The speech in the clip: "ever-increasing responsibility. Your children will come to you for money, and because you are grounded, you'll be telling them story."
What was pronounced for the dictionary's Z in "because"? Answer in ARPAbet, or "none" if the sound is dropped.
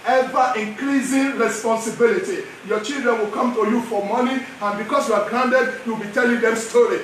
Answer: S